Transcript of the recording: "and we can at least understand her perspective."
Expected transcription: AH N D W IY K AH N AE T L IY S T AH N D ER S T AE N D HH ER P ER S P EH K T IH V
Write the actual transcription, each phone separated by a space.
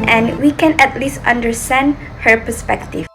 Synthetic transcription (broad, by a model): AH N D W IY K AH N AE T L IY S T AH N D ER S T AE N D HH ER P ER S P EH K T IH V